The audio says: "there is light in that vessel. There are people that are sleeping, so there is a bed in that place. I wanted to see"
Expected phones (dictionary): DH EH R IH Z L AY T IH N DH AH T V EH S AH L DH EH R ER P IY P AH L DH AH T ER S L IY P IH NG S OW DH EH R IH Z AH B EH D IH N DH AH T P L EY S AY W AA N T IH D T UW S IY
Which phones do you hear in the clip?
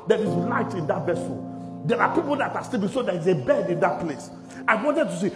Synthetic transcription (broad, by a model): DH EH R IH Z L AY T IH N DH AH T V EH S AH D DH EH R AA P IY P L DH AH T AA S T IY B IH S OW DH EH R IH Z AH B EH D IH N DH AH T P L EY S AY W AA N T IH D T UW S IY